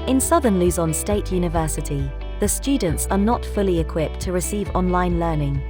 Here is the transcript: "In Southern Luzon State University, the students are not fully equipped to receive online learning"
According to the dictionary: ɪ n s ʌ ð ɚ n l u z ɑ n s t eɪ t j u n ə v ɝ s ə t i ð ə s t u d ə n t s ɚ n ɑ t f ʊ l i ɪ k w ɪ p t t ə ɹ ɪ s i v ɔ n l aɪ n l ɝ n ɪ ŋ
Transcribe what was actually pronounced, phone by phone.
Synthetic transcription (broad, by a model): ɪ n s ʌ ð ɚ n l u z ɑ n s t eɪ t j u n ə v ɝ s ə t i ð ə s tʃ u d n t s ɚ n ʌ t f ʊ l i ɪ k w ɪ p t t ə ɹ ɪ s i v ɔ n l aɪ n l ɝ n ɪ ŋ